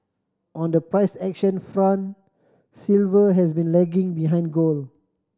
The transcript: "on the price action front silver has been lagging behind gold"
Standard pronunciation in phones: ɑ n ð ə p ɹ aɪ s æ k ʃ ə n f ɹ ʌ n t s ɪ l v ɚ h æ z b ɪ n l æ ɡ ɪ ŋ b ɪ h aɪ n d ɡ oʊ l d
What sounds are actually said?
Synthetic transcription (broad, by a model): ɑ n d ə p ɹ aɪ s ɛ k ʃ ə n f ɹ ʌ n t s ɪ l v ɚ h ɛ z b ɪ n l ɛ ɡ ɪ ŋ b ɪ h aɪ n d ɡ oʊ l